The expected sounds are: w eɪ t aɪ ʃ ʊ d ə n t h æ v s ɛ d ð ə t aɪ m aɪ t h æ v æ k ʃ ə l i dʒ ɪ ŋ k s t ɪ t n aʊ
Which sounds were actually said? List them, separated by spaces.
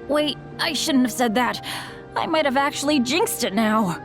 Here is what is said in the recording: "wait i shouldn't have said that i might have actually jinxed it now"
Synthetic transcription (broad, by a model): w eɪ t aɪ ʃ ʊ d n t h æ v s ɛ d ð ə t aɪ m aɪ t h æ v æ k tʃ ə l i dʒ ɪ ŋ k s t ɪ t n aʊ